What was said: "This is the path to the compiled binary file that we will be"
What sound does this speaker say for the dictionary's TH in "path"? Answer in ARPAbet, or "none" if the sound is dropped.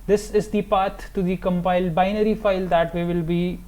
T